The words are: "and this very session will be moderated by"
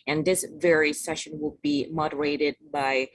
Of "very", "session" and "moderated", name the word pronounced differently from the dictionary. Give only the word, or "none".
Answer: none